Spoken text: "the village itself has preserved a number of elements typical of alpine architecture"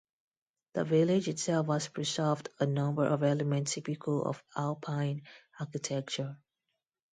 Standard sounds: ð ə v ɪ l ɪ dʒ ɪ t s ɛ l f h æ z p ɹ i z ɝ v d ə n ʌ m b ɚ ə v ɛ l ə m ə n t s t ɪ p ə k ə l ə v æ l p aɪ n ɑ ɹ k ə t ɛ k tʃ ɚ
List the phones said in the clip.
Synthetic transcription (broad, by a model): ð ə v ɪ l ɪ dʒ ɪ t s ɛ l f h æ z p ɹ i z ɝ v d ə n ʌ m b ɚ ə v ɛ l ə m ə n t t ɪ p ə k ə l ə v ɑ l p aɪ n ɑ k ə t ɛ k tʃ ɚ